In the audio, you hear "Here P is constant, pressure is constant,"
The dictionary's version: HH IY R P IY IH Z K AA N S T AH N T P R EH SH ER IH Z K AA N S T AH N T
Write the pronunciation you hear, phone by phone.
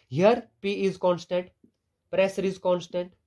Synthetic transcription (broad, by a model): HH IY R P IY IH Z K AA N S T AH N T P R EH S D IH Z K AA N S T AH N T